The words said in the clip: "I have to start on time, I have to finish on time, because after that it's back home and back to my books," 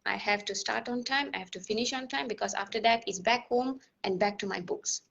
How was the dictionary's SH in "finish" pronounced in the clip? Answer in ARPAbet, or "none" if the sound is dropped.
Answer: SH